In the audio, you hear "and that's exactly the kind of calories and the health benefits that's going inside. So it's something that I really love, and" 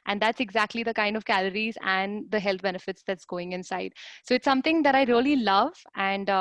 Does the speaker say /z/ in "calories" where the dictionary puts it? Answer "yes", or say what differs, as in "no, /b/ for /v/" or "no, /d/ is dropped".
yes